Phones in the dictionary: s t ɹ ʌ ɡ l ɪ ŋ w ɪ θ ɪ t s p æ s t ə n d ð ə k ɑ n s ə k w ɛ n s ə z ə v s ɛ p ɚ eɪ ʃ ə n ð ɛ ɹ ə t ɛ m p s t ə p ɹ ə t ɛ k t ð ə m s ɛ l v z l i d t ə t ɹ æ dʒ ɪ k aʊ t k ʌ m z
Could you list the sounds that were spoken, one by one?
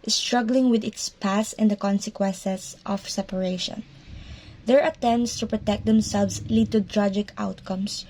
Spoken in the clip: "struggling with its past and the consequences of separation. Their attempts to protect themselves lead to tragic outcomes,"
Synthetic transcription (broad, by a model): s t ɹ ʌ ɡ l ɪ ŋ w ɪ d ɪ t s p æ s ə n d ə k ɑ n s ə k w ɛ n s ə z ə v s ɛ p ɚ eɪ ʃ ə n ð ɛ ɹ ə t ɛ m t s t ə p ɹ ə t ɛ k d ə m s ɛ l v s l i d t ə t ɹ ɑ dʒ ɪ k aʊ t k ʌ m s